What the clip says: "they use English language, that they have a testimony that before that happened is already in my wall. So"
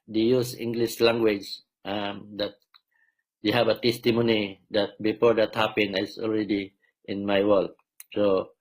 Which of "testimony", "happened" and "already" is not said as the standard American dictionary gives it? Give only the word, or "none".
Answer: happened